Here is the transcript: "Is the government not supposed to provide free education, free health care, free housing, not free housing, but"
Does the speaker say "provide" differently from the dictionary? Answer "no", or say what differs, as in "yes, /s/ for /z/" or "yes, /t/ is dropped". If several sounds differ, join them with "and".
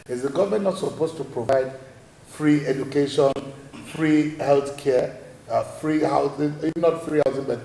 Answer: no